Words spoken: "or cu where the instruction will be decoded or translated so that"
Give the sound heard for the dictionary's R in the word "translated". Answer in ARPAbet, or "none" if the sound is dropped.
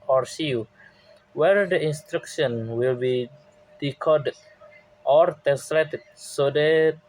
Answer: none